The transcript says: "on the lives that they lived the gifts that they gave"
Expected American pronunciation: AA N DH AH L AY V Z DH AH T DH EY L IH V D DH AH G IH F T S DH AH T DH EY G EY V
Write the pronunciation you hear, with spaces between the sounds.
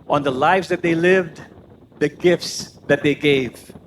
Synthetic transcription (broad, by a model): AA N DH AH L AY V Z DH AH T DH EY L IH V D DH AH G IH F T S DH AH T DH EY G EY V